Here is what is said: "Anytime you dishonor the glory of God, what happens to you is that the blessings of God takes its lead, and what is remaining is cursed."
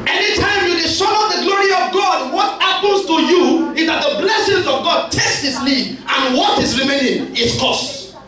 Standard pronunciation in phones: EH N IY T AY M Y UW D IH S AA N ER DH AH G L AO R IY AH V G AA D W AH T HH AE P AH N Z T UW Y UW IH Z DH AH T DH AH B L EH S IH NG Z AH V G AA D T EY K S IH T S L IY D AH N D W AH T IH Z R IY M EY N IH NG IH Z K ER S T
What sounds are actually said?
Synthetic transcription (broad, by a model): EH N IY T AY M Y UW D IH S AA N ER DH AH G L AO R IY AH V G AA D W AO T HH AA P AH N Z T UW Y UW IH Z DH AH T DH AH B L EH S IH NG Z AH V G AA D T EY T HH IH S L IY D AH N W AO T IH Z R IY M EY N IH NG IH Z K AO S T